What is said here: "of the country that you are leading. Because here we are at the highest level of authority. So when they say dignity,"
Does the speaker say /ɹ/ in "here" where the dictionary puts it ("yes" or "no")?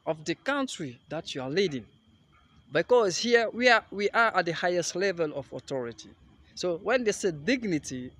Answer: no